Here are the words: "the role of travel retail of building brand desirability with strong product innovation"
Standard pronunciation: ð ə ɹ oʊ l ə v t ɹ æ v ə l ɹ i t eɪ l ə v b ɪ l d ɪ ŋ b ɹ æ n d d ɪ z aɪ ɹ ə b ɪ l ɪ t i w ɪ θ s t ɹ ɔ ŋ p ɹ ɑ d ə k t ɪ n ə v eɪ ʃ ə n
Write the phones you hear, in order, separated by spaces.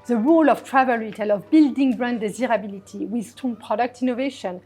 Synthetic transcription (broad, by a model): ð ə ɹ oʊ l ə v t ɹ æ v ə l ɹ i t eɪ l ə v b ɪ l d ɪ ŋ b ɹ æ n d d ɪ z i ɹ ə b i l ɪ t i w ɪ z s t ɔ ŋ p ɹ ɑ d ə k t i n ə v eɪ ʃ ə n